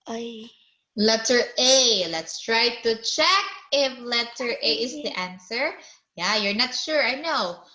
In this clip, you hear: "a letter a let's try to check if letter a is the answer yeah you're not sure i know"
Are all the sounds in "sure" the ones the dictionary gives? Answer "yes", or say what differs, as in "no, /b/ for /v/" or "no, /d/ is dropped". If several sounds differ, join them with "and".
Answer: yes